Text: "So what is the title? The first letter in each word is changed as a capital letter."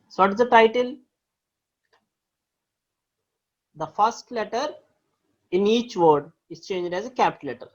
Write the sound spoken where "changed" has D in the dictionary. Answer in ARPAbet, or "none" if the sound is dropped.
D